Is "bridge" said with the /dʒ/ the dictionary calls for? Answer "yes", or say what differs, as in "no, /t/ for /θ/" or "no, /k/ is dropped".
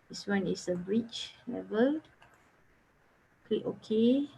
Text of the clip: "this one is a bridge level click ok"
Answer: no, /tʃ/ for /dʒ/